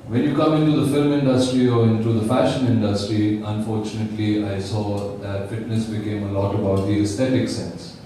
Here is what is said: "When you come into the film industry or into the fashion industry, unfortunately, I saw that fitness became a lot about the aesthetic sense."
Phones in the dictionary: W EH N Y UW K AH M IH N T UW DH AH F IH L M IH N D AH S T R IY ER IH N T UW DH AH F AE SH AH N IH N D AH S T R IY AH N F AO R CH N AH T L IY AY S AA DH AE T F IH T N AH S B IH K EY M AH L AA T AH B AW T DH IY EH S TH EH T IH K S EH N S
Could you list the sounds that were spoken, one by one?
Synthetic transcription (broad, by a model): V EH N Y UW K AH M IH N T UW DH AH F IH L M IH N D AH S T R IY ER IH N T UW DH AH F AE SH AH N IH N D AH S T R IY AH N F AO R CH N AH T L IY AY S AA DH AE T F IH T N AH S B IH K EY M AH L AA T AH B AW T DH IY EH S T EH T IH K S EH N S